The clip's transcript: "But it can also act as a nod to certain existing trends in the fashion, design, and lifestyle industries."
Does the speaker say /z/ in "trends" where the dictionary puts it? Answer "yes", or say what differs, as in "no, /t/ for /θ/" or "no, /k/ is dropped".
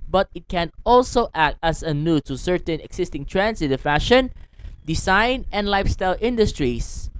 no, /s/ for /z/